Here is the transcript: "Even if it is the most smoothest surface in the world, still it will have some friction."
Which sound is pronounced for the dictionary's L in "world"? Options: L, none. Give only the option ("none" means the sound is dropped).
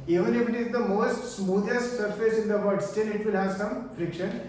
none